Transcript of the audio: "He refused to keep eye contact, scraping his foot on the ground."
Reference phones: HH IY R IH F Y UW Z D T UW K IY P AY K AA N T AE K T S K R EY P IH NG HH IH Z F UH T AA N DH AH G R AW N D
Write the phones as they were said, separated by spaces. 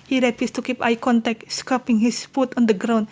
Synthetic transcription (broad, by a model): HH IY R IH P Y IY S T UW K IY P AY K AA N T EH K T S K AO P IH NG HH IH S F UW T AA N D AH G R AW N